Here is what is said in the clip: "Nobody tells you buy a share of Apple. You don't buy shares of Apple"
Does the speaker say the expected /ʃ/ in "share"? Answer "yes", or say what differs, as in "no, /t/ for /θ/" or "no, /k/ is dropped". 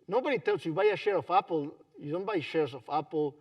yes